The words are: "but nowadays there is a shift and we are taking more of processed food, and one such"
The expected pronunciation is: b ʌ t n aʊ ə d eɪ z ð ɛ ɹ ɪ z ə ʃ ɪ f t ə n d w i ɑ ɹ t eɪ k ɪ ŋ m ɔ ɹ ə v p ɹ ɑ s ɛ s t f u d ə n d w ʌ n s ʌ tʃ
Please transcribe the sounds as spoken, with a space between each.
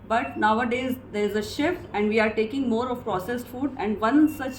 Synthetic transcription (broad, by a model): b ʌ t n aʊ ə d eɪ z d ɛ ɹ ɪ z ə ʃ ɪ f t ə n d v i ɑ ɹ t eɪ k ɪ ŋ m ɔ ɹ ə v p ɹ ɑ s ɛ s t f u d ə n d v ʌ n s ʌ tʃ